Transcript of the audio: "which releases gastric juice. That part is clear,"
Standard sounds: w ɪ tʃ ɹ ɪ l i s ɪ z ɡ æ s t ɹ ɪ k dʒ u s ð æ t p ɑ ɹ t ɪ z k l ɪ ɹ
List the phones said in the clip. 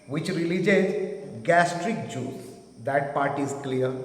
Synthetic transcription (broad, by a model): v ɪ tʃ ɹ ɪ l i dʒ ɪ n ɡ æ s t ɹ ɪ k dʒ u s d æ t p ɑ ɹ t ɪ z k l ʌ ɹ